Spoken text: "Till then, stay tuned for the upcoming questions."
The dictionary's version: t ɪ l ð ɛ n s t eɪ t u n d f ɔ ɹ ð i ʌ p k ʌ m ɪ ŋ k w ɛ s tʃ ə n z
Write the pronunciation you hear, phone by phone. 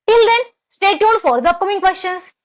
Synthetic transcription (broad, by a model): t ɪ l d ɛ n s t eɪ t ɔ d f ɔ ɹ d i ʌ p k ʌ m ɪ ŋ k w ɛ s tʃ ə n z